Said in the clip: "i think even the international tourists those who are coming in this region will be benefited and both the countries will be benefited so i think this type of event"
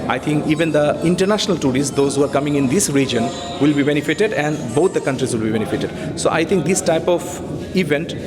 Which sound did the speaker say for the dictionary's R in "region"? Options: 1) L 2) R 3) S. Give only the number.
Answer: 2